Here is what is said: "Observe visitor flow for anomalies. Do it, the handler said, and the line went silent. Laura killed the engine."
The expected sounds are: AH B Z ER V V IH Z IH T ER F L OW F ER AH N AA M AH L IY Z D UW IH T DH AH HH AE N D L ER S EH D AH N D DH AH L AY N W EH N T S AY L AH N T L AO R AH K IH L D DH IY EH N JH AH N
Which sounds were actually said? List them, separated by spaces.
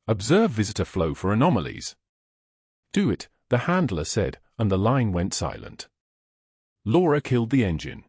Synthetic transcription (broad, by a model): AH B Z ER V V IH Z IH T ER F L OW F ER AH N AA M AH L IY Z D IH IH T DH AH HH AE N D L ER S EH D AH N DH AH L AY N W EH N T S AY L AH N T L AO R AH K IH L D DH IY EH N JH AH N